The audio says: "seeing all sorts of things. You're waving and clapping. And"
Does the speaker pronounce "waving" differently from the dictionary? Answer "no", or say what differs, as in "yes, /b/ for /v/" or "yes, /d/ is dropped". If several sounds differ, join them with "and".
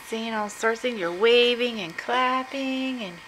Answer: no